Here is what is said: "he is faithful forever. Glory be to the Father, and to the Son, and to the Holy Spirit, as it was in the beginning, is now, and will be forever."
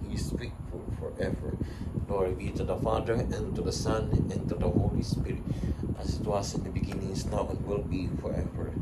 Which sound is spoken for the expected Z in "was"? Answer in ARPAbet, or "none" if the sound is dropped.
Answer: S